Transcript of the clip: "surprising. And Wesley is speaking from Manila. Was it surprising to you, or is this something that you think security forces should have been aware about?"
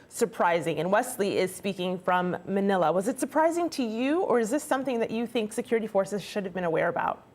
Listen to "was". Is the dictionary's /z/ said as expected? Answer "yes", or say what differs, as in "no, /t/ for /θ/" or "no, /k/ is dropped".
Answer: yes